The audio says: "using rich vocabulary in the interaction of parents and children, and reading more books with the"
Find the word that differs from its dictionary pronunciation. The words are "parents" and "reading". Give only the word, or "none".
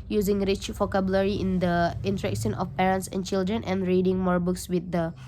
none